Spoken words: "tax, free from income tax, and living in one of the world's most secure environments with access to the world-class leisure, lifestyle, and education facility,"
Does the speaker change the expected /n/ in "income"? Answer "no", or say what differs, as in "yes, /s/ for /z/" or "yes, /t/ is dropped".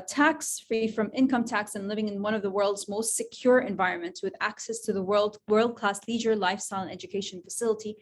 no